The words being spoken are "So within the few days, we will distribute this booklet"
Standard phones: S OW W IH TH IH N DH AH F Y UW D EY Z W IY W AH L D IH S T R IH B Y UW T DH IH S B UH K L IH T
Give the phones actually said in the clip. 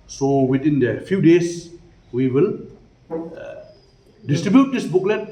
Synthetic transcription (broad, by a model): S OW W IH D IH N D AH F Y UW D EY S W IY W AH L D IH S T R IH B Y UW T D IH S B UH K L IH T